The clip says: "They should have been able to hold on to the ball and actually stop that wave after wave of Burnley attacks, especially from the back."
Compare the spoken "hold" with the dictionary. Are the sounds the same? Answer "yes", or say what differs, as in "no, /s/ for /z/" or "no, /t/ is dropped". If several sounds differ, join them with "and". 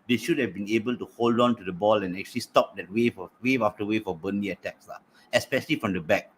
yes